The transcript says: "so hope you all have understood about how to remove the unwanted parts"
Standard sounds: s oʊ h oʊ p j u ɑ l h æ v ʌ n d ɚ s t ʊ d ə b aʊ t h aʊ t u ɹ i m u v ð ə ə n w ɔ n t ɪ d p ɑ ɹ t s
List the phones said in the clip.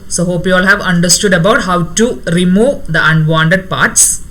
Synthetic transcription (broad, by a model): s oʊ h oʊ p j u ɑ l h æ v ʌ n d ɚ s t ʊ d ə b aʊ t h aʊ t u ɹ i m u v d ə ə n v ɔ n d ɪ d p ɑ ɹ t s